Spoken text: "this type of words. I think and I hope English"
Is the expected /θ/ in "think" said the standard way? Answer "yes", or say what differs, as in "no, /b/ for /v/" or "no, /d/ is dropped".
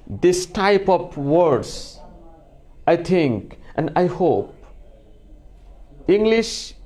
no, /t/ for /θ/